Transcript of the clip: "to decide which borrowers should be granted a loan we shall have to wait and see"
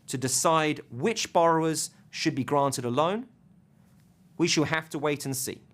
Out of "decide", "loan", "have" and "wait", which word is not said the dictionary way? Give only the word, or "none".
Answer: have